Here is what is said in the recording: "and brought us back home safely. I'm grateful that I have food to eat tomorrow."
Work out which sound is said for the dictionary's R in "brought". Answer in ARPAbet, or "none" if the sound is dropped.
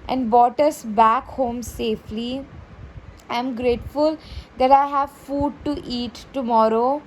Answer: none